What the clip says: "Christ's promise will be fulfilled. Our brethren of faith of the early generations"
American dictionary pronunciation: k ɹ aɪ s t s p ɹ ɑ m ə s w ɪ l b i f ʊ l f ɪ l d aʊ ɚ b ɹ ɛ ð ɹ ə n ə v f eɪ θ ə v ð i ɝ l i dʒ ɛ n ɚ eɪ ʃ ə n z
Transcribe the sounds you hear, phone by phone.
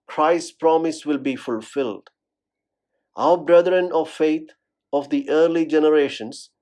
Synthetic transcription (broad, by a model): k ɹ aɪ s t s p ɹ ɑ m ə s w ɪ l b i f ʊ l f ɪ l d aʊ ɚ b ɹ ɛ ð ɹ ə n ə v f eɪ t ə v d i ɝ l i dʒ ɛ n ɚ eɪ ʃ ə n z